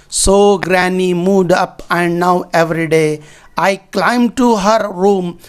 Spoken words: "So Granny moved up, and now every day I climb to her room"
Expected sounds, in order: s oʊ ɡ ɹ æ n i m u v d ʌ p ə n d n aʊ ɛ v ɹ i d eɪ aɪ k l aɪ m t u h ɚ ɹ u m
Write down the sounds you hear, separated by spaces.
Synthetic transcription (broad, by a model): s oʊ ɡ ɹ æ n i m u d ʌ p ə n d n aʊ ɛ v ɹ i d eɪ aɪ k l aɪ m t u h ɚ ɹ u m